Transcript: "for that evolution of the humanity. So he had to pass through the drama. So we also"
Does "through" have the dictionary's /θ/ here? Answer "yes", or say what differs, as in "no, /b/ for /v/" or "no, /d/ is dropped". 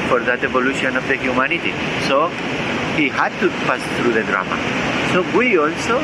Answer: no, /s/ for /θ/